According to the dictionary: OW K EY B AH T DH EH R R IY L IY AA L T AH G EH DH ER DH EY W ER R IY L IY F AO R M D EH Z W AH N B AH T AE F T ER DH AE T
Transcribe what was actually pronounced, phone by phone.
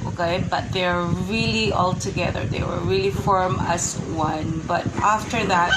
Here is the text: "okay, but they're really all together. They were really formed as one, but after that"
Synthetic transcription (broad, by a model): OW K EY B AH T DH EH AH R IY L IY AA L T AH G EH DH ER DH EY W ER R IY L IY F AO R M AH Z W AH N B AH T AE F T ER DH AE T